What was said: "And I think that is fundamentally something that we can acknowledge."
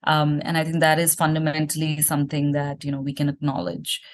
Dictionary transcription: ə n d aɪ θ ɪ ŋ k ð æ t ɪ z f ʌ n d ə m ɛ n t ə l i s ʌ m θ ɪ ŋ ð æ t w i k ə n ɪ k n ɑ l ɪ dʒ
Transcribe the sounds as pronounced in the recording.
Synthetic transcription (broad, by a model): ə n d aɪ t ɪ ŋ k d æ t ɪ z f ʌ n d ə m ɛ n t ə l i s ʌ m t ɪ ŋ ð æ t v i k ə n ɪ k n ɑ l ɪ dʒ